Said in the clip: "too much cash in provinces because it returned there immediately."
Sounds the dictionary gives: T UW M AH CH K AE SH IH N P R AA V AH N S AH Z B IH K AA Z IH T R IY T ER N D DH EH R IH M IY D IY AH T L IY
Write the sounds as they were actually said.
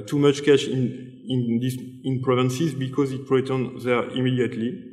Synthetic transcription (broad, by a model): T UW M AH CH K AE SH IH N P R AA V AH N S AH Z B IH K AA Z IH T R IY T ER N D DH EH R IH M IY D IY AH T L IY